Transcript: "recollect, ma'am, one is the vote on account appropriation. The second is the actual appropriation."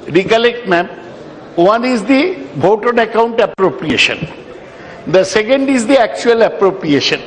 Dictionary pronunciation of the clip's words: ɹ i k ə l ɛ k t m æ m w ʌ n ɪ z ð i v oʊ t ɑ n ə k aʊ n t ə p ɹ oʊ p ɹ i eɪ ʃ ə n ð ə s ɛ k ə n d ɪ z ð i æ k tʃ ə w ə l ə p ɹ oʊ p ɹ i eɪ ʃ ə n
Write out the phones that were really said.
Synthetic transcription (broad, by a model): ɹ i k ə l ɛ k t m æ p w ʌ n ɪ z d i b oʊ t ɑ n ə k aʊ n t ə p ɹ oʊ p ɹ i eɪ ʃ ə n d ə s ɛ k ə n d ɪ z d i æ k tʃ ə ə l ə p ɹ oʊ p ɹ i eɪ ʃ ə n